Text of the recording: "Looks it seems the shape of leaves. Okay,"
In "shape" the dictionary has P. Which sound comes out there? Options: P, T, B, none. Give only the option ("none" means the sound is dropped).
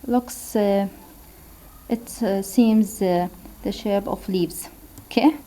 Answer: B